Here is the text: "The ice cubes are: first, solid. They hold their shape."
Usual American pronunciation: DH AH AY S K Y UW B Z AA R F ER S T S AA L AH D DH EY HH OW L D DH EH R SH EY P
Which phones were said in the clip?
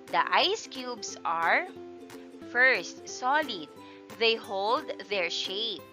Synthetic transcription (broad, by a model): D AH AY S K Y UW B S AA R F ER S T S AA L AH D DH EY HH OW L D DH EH R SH EY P